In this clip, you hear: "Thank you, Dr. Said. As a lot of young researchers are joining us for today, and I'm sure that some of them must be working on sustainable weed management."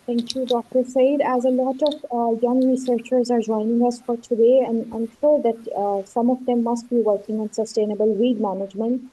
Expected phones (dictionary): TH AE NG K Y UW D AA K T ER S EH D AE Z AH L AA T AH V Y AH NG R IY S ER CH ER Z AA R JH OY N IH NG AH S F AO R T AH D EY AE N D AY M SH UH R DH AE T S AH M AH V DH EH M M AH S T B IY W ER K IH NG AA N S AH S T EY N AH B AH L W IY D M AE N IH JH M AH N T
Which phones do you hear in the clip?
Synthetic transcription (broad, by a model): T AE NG K Y UW D AA K T ER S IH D AE Z AH L AA T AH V Y AH NG R IY S ER CH ER Z AA R JH OY N IH NG AH S F AO R T AH D EY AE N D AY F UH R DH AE T S AH M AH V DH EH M M AH S T B IY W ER K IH NG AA N S AH S T EY N AH B AH L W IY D M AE N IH JH M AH N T